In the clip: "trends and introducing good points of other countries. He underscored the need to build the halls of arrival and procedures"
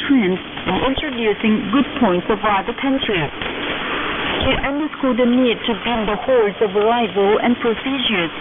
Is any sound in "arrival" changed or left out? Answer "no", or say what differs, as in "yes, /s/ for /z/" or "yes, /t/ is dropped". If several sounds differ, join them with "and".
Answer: no